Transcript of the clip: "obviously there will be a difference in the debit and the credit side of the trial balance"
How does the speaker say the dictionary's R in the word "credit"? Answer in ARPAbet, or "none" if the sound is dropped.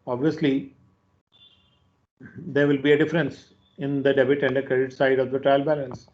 R